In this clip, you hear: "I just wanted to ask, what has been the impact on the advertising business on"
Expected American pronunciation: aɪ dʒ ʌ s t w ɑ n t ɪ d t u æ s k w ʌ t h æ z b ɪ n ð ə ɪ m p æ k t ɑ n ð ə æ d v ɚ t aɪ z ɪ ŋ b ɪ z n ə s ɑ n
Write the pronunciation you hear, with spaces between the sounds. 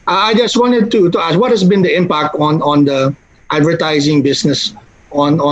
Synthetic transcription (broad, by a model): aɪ dʒ ʌ s t w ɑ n t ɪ d t u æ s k w ʌ t h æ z b ɪ n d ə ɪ m p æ k t ɑ n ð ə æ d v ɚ t aɪ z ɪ ŋ b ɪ s n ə s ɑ n